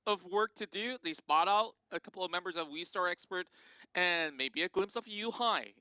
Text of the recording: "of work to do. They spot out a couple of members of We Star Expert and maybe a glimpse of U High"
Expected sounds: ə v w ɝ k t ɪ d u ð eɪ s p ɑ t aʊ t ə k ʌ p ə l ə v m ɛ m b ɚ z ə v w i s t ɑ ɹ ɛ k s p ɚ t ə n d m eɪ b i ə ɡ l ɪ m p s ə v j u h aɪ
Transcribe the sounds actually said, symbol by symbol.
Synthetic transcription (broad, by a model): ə v w ɝ k t ɪ d u ð eɪ s p ɑ t aʊ t ə k ʌ p l ə v m ɛ m b ɚ z ə v w i s t ɑ ɹ ɛ k s p ɚ t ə n m eɪ b i ə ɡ l ɪ m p s ə v j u h aɪ